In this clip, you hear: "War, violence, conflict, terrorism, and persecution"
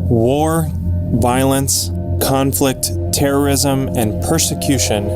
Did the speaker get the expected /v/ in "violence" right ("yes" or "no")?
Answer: yes